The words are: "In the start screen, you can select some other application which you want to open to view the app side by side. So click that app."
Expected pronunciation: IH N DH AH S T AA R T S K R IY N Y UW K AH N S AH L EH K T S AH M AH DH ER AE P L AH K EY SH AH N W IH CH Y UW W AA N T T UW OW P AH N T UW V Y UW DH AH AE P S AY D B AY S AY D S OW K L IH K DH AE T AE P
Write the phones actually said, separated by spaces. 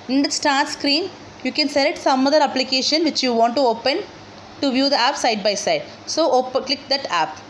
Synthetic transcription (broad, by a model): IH N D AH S T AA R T S K R IY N Y UW K AH N S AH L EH T S AH M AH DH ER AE P L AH K EY SH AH N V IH CH Y UW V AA N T T UW OW P AH N T UW V Y UW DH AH AE P S AY D B AY S AY D S OW K L IH K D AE T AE P